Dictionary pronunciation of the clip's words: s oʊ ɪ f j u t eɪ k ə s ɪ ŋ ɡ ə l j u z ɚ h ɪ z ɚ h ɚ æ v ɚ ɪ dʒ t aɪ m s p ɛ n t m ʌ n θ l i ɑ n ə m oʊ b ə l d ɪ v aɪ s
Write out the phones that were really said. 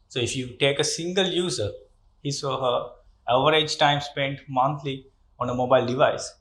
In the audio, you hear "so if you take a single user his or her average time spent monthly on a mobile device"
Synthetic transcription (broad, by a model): s oʊ ɪ f j u t eɪ k ə s ɪ ŋ ɡ ə l j u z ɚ h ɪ s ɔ h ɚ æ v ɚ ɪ dʒ t aɪ m s p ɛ n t m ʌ n t l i ɑ n ə m oʊ b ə l d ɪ v aɪ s